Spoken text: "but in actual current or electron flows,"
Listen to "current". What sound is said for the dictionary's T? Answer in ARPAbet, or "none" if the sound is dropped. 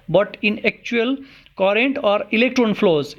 T